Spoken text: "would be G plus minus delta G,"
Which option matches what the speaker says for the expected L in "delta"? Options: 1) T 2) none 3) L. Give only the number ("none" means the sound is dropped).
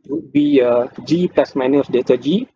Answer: 2